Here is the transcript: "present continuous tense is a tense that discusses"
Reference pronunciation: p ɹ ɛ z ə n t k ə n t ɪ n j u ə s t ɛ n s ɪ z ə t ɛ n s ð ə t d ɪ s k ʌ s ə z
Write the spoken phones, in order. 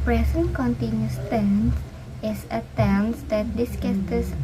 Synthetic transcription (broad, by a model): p ɹ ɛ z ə n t k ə n t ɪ n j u s t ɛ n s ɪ s ə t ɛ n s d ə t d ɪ s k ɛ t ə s